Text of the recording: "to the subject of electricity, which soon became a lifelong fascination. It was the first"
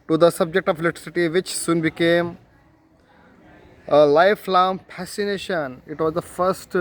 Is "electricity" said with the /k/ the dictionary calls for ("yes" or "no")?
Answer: no